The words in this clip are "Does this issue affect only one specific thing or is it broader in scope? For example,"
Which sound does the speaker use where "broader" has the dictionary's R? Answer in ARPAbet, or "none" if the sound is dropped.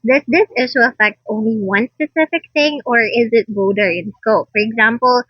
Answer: none